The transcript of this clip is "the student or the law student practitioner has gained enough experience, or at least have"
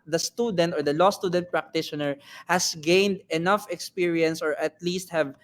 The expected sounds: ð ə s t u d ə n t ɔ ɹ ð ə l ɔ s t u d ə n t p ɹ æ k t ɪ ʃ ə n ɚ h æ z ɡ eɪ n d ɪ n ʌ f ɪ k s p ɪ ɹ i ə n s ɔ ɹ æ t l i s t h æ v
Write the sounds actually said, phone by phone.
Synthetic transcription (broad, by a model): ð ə s t u d ə n t ɔ ɹ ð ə l ɔ s t u d ə n t p ɹ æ k t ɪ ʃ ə n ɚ h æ s ɡ eɪ n d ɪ n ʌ f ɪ k s p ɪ ɹ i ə n s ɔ ɹ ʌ t l i s t h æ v